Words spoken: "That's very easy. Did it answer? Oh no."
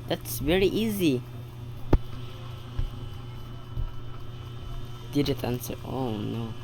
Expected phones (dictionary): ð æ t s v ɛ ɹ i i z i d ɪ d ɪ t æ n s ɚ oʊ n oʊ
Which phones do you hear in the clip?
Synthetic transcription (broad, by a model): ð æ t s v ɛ ɹ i i z i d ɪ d ɪ t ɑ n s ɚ oʊ n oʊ